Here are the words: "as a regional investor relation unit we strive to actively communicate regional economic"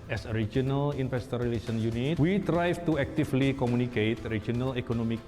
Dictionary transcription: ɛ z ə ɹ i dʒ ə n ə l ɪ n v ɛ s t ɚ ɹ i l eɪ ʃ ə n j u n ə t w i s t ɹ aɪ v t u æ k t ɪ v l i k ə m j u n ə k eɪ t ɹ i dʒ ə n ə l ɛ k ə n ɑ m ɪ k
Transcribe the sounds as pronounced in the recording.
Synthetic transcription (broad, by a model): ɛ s ə ɹ i dʒ ə n ə l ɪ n f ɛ s t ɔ ɹ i l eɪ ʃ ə n j u n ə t w i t ɹ aɪ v t u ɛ k t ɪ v l i k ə m u n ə k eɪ t ɹ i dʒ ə n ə l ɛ k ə n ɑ m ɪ k